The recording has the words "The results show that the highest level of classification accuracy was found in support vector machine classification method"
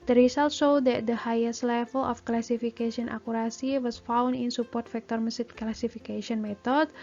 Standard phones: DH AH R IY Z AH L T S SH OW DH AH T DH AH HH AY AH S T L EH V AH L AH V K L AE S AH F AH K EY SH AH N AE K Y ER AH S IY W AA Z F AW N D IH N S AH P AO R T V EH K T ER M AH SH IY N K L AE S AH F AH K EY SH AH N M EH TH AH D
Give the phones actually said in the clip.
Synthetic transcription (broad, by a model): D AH R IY S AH L T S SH OW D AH T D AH HH AY AH S T L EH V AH L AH F K L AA S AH F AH K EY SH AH N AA K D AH S IY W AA S F AW N D IH N S AH P AO R T F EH K T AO M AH S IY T K L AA S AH F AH K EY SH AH N M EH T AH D